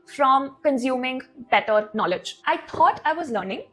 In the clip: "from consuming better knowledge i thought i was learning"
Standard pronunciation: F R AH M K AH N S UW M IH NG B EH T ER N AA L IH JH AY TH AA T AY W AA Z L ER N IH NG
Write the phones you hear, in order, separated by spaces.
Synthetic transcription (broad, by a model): F R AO M K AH N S UW M IH NG B EH T ER N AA L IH JH AY T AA T AY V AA Z L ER N IH NG